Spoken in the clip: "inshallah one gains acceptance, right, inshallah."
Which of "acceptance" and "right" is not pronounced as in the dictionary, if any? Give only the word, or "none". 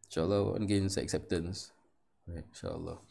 none